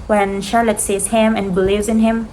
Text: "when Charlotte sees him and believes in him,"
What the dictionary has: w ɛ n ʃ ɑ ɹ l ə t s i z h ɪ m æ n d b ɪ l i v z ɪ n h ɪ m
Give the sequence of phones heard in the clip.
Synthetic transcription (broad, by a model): w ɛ n ʃ ɑ ɹ l ə t s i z h ɪ m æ n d b ɪ l i v z ɪ n h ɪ m